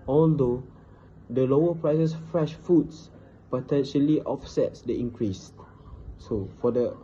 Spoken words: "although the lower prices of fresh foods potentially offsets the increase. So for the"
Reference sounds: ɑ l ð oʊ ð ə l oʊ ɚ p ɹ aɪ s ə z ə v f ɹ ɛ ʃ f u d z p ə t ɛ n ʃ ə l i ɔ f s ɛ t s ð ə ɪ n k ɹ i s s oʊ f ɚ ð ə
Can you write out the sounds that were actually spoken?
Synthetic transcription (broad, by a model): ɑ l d oʊ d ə l oʊ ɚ p ɹ aɪ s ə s f ɹ ɛ ʃ f u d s p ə t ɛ n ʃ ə l i ɔ f s ɛ t s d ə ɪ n k ɹ i s s oʊ f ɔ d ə